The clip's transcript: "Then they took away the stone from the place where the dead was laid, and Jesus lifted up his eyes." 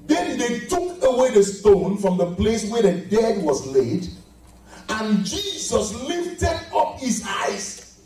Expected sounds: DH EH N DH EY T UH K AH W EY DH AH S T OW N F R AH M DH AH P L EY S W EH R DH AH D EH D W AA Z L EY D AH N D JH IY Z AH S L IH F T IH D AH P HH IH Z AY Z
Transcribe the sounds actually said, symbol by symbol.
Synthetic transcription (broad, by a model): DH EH N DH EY T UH K AH W EY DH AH S T OW N F R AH M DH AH P L EY S W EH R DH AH D EH D W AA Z L EY D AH N JH IY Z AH S L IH F T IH D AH P HH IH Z AY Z